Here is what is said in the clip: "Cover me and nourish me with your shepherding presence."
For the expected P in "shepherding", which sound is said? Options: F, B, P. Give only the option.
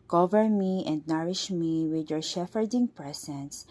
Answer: F